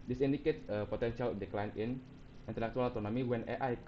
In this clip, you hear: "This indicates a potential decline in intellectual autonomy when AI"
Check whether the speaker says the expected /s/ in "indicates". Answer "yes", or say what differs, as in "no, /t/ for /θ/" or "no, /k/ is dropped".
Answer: no, /s/ is dropped